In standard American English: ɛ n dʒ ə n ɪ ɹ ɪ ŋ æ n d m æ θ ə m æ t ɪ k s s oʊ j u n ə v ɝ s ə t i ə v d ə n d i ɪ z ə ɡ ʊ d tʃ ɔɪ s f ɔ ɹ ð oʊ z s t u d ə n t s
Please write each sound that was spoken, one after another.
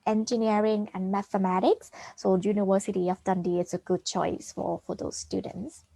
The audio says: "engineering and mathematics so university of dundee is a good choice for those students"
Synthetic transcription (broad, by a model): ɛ n dʒ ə n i ɹ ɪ ŋ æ n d m æ θ ə m æ t ɪ k s s oʊ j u n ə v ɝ s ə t i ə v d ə n d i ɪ s ə ɡ ʊ d tʃ ɔɪ s f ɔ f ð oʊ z s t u d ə n t s